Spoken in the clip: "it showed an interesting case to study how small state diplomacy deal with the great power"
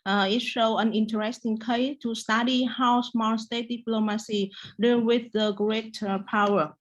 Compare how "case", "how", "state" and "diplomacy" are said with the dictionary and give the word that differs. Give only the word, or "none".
case